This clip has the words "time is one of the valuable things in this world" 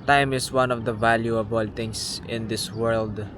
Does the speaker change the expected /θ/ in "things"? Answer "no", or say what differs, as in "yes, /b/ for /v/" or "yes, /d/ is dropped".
yes, /t/ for /θ/